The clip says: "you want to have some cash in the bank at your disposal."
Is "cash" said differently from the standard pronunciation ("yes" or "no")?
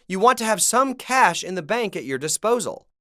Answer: no